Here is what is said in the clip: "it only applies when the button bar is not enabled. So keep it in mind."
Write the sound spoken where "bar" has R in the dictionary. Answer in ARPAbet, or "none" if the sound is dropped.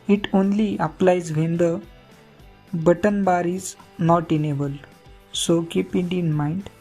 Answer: R